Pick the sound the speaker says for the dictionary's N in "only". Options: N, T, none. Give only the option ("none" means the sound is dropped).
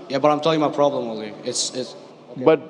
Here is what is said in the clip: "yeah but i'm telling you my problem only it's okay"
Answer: none